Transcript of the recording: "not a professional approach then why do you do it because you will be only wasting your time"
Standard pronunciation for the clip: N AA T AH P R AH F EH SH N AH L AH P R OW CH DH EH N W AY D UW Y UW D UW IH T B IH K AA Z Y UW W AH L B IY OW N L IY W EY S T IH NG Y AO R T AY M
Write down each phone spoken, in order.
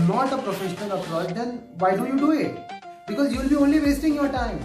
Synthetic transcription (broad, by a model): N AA T AH P R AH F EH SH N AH N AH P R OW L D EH N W AY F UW Y UW D UW IH T B IH K AA Z Y UW L B IY OW N L IY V EY S T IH NG Y AO R T AY M